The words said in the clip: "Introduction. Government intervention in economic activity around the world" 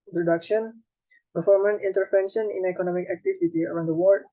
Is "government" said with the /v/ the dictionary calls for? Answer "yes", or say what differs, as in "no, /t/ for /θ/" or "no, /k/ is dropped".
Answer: no, /f/ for /v/